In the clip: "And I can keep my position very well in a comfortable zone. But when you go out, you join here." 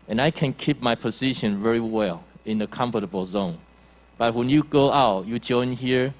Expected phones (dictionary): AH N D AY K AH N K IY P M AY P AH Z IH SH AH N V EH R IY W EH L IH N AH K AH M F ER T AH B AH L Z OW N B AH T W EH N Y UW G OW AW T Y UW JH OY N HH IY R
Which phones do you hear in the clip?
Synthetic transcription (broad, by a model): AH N AY K AH N K IY P M AY P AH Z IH SH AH N V EH R IY W EH L IH N AH K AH M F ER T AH B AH L Z OW N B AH T W EH N Y UW G OW AW T Y UW JH OY N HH IY R